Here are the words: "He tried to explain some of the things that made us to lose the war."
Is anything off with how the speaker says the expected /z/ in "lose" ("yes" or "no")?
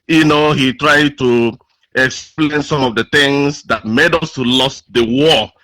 yes